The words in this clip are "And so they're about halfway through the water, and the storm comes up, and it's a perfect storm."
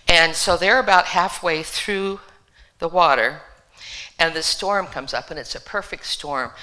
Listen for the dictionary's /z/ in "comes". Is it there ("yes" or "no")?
yes